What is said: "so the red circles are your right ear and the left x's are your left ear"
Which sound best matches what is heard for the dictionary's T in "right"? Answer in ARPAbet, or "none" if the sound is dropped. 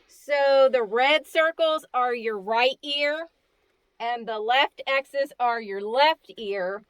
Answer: T